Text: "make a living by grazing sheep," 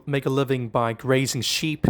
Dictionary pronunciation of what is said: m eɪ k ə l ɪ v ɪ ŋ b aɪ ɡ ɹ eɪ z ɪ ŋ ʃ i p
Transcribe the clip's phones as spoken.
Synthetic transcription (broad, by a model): m eɪ k ə l ɪ v ɪ ŋ b aɪ ɡ ɹ eɪ z ɪ ŋ ʃ i p